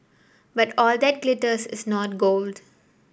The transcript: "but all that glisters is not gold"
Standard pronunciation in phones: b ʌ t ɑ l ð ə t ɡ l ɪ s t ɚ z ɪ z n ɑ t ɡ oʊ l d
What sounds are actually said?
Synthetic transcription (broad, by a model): b ʌ t ɑ l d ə t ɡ l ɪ t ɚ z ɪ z n ɑ t ɡ oʊ l d